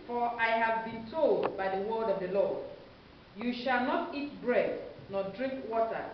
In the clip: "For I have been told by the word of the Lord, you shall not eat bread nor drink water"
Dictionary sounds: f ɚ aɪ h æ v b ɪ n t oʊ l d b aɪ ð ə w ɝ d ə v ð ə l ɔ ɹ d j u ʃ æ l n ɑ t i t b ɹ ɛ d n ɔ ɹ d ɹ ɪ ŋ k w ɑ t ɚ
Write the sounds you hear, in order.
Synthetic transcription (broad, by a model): f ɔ aɪ h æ v b ɪ n t oʊ l d b aɪ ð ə w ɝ d ə v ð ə l ɔ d j u ʃ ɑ l n ɑ t i t b ɹ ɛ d n ɔ d ɹ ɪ ŋ k w ɑ t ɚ